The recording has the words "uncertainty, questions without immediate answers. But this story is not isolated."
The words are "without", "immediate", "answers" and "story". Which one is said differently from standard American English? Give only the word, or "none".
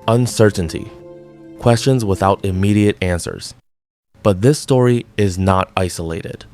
none